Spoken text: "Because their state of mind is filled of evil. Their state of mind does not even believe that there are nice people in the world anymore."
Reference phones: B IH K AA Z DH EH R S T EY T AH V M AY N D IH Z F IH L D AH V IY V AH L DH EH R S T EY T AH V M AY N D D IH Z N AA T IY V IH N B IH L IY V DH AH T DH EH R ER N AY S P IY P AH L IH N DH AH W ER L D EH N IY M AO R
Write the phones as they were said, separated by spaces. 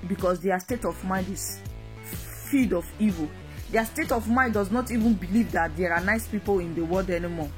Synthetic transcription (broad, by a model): B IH K AA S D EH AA S T EY T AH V M AY N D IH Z F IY D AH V IY V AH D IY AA S T EY T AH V M AY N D D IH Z N AA T IY V IH N B IH L IY V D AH T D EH R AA N AY S P IY P AH L IH N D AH W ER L D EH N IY M AO